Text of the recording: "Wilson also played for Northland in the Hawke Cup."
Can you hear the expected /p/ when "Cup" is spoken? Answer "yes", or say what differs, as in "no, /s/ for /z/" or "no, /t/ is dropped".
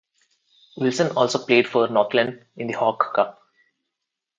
yes